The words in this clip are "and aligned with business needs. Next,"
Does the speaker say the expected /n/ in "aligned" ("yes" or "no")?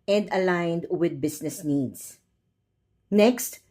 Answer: yes